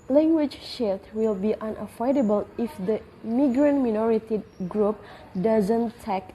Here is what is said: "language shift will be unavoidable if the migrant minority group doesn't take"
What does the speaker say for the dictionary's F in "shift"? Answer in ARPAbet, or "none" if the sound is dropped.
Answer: none